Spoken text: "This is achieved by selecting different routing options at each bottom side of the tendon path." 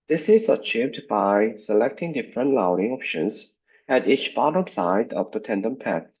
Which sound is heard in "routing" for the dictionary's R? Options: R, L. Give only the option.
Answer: L